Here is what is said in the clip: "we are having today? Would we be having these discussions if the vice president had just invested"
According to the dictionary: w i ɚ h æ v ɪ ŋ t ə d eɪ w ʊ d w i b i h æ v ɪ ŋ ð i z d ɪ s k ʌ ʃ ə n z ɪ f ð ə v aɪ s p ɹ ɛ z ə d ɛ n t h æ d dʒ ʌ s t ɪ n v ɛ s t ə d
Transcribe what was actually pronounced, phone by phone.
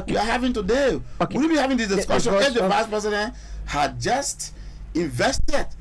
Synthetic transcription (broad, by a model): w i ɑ h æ v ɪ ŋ t ə d eɪ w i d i b i h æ v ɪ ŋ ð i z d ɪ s k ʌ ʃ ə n ɪ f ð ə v aɪ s p ɹ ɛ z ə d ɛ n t h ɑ dʒ ʌ s t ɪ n v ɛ s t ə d